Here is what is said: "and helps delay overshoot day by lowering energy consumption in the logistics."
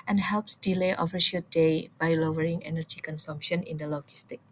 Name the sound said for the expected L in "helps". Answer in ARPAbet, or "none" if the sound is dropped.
L